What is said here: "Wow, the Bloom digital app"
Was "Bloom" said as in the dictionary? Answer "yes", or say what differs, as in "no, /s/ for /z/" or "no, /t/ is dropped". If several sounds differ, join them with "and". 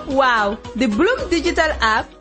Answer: yes